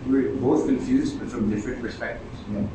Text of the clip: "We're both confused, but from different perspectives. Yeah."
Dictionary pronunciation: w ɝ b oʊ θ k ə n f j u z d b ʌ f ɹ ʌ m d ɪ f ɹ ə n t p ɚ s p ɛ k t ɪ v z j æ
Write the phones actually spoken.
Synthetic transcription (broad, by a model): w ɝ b oʊ t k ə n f j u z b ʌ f ɹ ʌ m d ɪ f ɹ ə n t p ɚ s p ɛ k t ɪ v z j